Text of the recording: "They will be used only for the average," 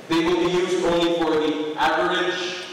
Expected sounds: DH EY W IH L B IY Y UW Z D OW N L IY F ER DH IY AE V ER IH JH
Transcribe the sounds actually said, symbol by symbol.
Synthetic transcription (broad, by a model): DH EY W IH L B IY Y UW Z D OW N L IY F ER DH IY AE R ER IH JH